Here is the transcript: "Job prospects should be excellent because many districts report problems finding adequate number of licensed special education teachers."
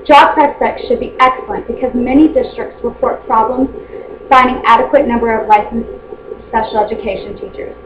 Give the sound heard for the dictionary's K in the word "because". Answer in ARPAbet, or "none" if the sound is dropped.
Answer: K